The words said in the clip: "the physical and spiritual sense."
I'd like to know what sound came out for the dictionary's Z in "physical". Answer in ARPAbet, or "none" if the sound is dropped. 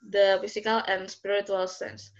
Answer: S